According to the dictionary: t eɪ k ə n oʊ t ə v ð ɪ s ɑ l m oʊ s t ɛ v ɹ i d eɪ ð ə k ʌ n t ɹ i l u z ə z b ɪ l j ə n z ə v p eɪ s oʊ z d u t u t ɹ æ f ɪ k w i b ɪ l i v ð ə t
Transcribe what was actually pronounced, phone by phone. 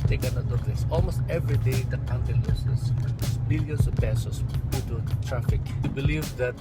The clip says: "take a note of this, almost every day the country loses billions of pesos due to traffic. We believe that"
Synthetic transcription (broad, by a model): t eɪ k ə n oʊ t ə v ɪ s ɑ l m oʊ s t ɛ v ɹ i d eɪ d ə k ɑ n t i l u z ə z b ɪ l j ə n s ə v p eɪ s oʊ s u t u t ɹ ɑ f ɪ k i b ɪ l i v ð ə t